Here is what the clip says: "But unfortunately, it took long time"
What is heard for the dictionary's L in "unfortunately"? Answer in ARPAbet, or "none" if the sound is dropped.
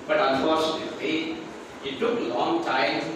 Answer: none